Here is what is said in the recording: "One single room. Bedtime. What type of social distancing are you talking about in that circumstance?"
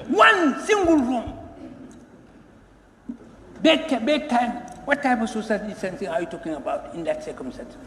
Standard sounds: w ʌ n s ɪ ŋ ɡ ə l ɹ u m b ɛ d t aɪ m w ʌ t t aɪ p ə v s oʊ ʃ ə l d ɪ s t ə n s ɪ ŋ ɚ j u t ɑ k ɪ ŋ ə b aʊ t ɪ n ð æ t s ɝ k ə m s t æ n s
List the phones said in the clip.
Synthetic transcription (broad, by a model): w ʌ n s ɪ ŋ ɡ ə l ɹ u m b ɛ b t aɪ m w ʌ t t aɪ p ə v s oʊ s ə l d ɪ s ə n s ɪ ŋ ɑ j u t ɑ k ɪ ŋ ə b aʊ t ɪ n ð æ t s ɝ k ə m s t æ n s